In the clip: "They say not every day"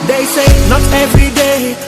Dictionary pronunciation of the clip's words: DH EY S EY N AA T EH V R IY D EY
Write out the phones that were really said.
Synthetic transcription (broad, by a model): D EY S EY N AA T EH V IY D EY